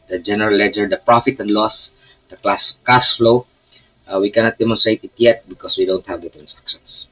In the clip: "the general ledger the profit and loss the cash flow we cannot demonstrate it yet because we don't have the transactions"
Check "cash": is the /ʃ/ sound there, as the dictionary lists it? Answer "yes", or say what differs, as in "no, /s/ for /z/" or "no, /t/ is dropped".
no, /s/ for /ʃ/